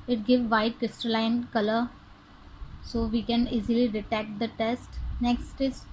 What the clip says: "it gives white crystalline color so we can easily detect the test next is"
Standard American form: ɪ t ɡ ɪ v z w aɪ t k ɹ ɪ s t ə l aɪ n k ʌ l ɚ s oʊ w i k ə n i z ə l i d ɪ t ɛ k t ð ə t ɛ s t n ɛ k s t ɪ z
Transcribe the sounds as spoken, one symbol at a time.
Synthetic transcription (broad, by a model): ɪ t ɡ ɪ v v aɪ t k ɹ ɪ s t ə l aɪ n k ʌ l ɚ s oʊ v i k ə n i z ə l i d ɪ t ɛ k t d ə t ɛ s t n ɛ k s t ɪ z